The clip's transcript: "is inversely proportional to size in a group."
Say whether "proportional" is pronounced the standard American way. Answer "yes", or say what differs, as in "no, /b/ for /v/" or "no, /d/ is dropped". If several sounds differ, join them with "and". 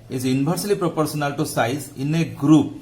no, /s/ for /ʃ/